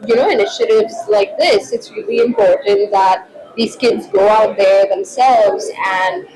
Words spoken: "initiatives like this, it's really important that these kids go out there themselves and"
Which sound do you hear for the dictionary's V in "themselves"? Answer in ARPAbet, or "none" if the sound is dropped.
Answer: V